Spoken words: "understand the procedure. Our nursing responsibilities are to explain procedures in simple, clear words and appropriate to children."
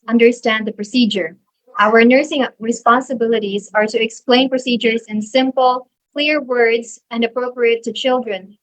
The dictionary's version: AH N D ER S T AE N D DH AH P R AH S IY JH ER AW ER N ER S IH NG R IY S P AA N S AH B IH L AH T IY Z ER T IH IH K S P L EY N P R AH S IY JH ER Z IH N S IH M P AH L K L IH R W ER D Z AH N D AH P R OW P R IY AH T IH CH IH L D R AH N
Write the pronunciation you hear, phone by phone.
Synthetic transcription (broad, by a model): AH N D ER S T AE N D DH AH P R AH S IY JH ER AW ER N ER S IH NG R IY S P AA N S AH B IH L AH T IY Z ER T IH IH K S P L EY N P R AH S IY JH ER Z IH N S IH M P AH L K L IH R W ER D Z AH N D AH P R OW P R IY AH T IH CH IH L D R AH N